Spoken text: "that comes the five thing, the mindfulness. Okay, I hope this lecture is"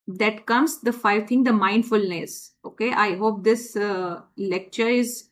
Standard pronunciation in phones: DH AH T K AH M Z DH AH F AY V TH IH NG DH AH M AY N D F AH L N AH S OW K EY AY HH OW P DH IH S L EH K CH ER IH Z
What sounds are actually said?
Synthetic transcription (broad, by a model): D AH T K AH M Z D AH F AY V T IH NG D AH M AY N D F AH L N AH S OW K EY AY HH OW P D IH S L EH K CH ER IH Z